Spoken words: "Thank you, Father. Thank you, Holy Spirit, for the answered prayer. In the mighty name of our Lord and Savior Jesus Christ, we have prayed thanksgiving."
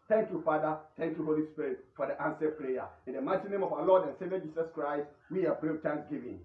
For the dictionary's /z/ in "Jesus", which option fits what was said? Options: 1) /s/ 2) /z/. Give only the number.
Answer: 1